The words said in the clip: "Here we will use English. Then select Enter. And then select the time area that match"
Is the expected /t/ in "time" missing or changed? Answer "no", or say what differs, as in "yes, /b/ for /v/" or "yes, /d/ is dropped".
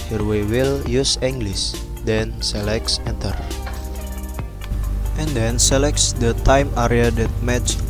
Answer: no